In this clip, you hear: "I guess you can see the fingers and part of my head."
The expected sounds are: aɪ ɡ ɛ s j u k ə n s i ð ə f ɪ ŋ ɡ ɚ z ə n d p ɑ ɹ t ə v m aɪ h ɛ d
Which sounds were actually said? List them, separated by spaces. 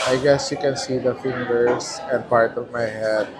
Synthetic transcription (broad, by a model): aɪ ɡ ɛ s j u k ə n s i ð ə f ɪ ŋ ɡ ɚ s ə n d p ɑ ɹ t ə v m aɪ h ɛ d